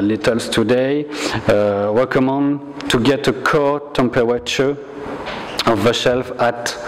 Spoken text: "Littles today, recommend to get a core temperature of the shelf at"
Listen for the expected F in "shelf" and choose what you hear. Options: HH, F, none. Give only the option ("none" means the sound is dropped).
F